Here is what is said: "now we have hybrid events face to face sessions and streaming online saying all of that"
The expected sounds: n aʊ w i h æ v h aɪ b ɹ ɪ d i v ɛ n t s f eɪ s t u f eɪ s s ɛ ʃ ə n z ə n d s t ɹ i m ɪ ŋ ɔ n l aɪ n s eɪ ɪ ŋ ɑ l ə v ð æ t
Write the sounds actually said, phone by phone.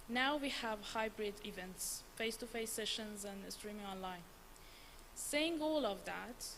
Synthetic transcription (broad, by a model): n aʊ w i h æ v h aɪ b ɹ ɪ d i v ɛ n t s f eɪ s t u f eɪ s s ɛ ʃ ə n z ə n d s t ɹ i m ɪ ŋ ɔ n l aɪ n s eɪ ɪ ŋ ɑ l ə v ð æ t